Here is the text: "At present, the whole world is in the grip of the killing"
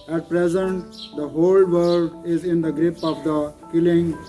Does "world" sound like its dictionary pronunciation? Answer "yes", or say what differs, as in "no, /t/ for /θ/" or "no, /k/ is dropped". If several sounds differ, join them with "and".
no, /l/ is dropped